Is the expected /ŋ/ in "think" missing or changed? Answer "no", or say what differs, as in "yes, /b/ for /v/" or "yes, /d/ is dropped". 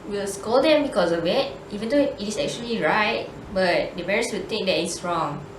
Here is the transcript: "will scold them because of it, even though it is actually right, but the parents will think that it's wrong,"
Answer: yes, /ŋ/ is dropped